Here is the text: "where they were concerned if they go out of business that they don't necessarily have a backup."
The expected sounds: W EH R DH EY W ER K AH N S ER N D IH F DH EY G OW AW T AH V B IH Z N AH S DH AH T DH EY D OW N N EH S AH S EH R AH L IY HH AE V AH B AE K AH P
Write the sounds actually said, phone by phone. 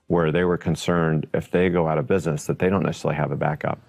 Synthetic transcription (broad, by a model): W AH R DH EY W ER K AH N S ER N D IH F DH EY G OW AW T AH V B IH Z N AH S DH AH T DH EY D OW N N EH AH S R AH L IY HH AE V AH B AE K AH P